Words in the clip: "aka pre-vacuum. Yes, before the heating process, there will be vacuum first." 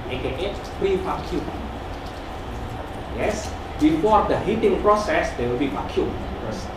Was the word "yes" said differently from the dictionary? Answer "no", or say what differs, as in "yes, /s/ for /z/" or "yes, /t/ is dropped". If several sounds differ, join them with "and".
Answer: no